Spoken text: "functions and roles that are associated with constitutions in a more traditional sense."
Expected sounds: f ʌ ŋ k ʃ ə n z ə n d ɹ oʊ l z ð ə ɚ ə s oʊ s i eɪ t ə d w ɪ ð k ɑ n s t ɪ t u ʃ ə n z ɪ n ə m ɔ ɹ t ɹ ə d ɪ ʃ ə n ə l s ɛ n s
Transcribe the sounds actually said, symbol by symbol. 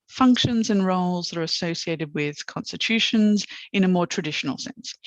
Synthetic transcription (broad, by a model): f ʌ ŋ k ʃ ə n z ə n ɹ oʊ l z ð ə ɚ ə s oʊ s i eɪ t ə d w ɪ ð k ɑ n s t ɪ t u ʃ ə n z ɪ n ə m ɔ t ɹ ə d ɪ ʃ ə n ə l s ɛ n s